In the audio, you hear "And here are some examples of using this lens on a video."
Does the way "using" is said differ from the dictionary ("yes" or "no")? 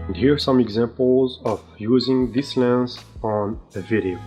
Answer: no